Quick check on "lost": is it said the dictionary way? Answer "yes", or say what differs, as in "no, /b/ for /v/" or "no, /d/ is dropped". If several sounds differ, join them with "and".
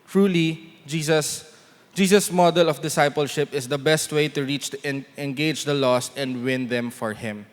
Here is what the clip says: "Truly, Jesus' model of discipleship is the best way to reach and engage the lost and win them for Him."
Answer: no, /t/ is dropped